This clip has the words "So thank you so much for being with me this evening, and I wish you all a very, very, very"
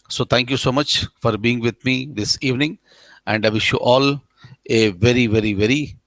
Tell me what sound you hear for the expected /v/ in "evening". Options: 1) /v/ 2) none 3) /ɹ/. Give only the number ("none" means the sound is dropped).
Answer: 1